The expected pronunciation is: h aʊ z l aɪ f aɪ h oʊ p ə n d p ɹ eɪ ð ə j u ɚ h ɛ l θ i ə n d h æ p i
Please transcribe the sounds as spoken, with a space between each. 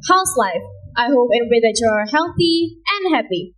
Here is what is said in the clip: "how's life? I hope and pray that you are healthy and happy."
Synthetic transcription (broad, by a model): h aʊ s l aɪ f aɪ h oʊ p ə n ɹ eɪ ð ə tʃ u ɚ h ɛ l θ i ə n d h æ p i